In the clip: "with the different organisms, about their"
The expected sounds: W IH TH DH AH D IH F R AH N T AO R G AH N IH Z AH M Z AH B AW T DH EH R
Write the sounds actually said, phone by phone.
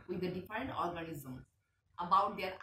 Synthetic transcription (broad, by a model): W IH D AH D IH F R AH N T AO R G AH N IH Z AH M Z AH B AW T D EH R